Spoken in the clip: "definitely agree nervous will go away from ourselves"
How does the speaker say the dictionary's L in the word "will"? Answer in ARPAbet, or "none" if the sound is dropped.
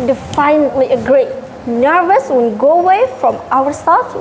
N